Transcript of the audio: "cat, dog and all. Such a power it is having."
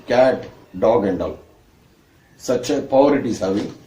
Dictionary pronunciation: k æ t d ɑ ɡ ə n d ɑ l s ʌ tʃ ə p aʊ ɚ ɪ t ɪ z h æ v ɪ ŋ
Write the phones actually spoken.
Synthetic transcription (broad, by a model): k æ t d ɑ ɡ ə n d ɑ l s ʌ tʃ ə p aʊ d ɪ t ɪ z h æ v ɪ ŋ